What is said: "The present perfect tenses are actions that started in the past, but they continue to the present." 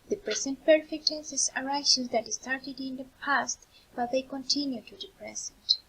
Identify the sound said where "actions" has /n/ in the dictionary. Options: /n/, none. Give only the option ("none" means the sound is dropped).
none